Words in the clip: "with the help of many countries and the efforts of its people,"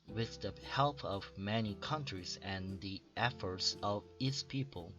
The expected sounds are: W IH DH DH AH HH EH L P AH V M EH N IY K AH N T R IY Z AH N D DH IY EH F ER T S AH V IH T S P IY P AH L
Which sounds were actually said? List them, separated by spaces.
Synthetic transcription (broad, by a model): W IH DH DH AH HH EH L P AH V M EH N IY K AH N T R IY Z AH N DH IY EH F ER T S AH V IH T S P IY P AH L